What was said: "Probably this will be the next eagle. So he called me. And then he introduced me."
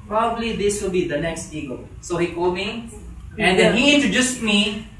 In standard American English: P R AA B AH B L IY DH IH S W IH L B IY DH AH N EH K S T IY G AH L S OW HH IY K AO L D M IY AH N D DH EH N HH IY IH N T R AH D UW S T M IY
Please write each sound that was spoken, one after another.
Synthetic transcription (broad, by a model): P R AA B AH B L IY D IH S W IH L B IY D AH N EH K S T IY G AH L S OW HH IY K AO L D M IY AH N D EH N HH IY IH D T AH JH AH S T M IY